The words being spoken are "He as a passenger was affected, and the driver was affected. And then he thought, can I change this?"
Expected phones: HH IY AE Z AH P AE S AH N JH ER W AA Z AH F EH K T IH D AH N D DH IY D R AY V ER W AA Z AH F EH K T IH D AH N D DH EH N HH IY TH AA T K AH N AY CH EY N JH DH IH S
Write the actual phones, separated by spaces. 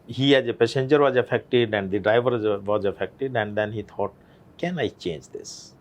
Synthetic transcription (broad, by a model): HH IY AE Z AH P AE S AH N JH ER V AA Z AH F EH K T IH D AH N D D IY D R AY V ER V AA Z AH F EH K T IH D AH N D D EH N HH IY T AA T K AH N AY CH EY N JH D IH S